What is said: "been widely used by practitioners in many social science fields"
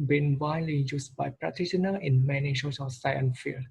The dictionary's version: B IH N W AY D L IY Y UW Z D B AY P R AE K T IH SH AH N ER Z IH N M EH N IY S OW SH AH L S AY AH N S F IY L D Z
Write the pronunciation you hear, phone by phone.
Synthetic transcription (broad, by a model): B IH N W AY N L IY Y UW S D B AY P R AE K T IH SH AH N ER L IH N M EH N IY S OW S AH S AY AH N F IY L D